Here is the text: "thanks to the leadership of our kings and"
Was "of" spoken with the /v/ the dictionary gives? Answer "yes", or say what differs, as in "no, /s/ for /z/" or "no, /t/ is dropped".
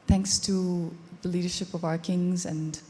yes